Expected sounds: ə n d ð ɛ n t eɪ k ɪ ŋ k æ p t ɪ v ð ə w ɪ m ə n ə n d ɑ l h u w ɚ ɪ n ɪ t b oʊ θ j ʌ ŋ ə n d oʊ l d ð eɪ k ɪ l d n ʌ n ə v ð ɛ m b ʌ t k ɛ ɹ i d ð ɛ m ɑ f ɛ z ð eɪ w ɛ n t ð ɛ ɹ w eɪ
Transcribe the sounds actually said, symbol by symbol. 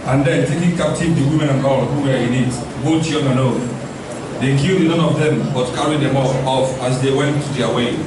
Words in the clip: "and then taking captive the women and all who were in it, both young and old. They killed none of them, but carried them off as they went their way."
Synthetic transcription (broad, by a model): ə n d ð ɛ n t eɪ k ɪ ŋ k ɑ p t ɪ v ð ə w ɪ m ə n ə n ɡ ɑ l h u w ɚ ɪ n ɪ t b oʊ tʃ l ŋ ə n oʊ n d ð eɪ k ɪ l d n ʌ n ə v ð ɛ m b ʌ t k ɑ ɹ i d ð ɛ m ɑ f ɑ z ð eɪ w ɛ n t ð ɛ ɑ w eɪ